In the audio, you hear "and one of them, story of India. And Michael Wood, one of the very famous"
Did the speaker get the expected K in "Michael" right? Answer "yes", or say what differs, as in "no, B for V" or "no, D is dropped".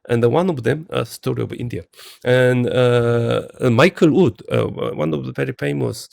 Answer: yes